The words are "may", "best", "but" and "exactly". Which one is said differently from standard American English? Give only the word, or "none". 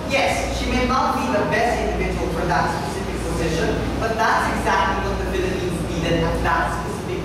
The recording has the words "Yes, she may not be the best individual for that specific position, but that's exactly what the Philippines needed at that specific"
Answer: none